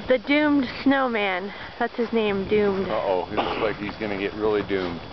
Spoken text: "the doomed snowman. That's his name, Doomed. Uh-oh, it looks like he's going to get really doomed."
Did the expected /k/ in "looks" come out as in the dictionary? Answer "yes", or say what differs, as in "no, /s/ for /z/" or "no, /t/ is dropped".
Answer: no, /k/ is dropped